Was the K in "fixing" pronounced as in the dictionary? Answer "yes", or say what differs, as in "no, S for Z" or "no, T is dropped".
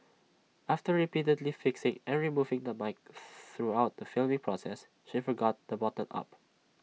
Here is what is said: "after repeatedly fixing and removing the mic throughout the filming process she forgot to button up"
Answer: yes